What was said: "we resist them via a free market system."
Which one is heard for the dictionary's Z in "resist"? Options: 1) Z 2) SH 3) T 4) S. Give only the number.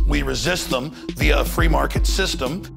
1